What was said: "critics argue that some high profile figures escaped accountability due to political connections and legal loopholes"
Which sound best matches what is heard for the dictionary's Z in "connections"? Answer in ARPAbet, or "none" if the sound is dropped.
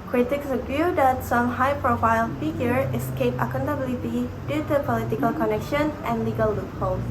none